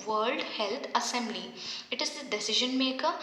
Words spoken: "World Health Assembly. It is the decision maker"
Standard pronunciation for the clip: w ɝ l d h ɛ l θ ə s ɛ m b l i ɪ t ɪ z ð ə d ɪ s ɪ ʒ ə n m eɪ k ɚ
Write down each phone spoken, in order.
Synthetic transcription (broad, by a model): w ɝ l d h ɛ l t ə s ɛ m b l i ɪ t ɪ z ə d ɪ s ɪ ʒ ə n m eɪ k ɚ